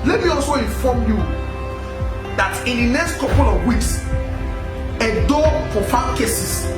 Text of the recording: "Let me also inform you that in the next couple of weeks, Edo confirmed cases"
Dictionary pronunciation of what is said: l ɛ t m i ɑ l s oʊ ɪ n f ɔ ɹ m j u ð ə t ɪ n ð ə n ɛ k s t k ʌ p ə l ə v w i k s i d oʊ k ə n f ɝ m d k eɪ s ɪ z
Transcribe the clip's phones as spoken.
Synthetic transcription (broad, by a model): l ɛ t m i ɑ l s oʊ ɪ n f ɔ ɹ m j u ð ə t ɪ n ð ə n ɛ k s t k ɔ p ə l ə v w i k s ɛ d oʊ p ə f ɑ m k eɪ s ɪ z